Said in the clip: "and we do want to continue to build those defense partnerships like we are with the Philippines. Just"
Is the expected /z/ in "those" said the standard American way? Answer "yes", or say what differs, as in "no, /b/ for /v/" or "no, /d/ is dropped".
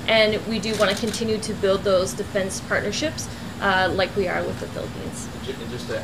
yes